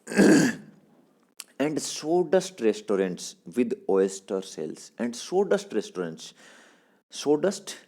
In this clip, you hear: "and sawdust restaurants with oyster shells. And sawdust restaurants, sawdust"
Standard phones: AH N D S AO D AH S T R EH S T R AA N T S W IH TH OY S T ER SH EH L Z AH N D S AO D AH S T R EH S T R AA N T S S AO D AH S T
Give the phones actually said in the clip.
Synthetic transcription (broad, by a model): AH N D S AO D AH S T R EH S T R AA N T S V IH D OY S T ER S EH L S AH N D S AO D AH S T R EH S T R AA N T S S AO D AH S T